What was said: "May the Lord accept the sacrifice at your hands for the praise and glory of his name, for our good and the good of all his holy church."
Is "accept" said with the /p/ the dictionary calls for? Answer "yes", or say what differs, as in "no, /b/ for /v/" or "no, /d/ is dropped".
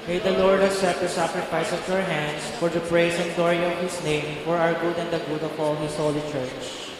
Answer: no, /p/ is dropped